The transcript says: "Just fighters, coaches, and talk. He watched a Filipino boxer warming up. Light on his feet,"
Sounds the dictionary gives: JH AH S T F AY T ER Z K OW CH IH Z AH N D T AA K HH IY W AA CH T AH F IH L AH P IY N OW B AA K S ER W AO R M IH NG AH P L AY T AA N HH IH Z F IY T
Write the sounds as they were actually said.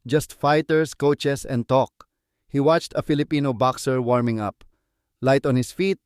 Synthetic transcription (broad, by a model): JH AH S T F AY T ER S K OW CH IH S AH N D T AA K HH IY W AA CH T AH F IH L AH P IY N OW B AA K S ER W AO R M IH NG AH P L AY T AA N HH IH S F IY T